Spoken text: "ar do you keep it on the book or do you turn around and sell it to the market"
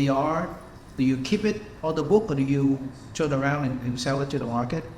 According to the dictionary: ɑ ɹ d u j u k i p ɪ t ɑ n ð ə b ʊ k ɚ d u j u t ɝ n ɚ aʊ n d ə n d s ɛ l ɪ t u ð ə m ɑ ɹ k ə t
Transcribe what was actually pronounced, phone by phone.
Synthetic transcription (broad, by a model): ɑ ɹ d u j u k i p ɪ t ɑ l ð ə b ʊ k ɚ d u j u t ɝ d ɚ aʊ n d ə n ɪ s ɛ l ɪ t u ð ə m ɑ ɹ k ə t